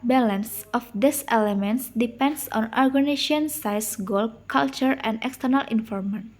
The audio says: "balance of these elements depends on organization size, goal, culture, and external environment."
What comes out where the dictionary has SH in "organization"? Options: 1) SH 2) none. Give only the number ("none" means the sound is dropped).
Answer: 2